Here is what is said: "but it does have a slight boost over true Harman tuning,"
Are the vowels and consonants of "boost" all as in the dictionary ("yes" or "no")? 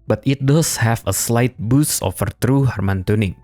no